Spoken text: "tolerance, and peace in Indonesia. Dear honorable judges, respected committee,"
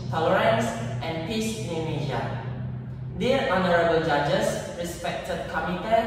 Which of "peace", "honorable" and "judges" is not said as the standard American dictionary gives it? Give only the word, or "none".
judges